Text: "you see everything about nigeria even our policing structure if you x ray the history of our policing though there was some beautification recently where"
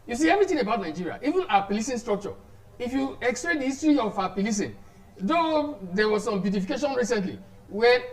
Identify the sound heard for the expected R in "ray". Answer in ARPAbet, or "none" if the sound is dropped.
L